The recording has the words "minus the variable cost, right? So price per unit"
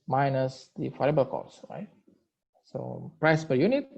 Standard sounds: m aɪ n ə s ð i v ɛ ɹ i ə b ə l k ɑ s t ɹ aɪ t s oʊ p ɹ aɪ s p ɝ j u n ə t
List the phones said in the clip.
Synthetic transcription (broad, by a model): m aɪ n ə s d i f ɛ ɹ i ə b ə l k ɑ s ɹ aɪ t s oʊ p ɹ aɪ s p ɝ j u n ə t